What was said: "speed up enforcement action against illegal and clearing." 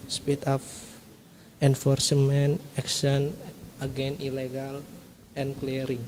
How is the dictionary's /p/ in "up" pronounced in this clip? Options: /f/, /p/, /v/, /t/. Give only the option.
/f/